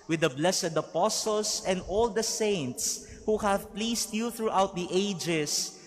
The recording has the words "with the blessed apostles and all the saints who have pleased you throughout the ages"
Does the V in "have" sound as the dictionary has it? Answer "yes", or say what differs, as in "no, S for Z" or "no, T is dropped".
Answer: yes